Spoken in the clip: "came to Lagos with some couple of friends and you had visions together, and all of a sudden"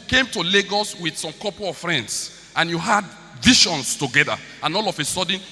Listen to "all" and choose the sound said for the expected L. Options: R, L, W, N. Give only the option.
L